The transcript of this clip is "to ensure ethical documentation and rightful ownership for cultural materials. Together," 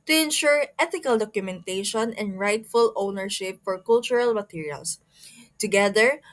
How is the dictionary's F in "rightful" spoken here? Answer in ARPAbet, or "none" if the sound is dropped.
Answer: F